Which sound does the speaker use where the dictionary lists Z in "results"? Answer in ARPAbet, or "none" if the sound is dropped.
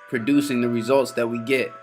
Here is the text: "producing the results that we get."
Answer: Z